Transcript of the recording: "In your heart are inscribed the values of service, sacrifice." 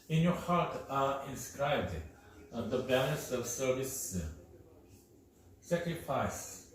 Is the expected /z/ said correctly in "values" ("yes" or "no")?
no